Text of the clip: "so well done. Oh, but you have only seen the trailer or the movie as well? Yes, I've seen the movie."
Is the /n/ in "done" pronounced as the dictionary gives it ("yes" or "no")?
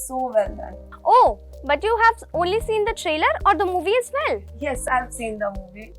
no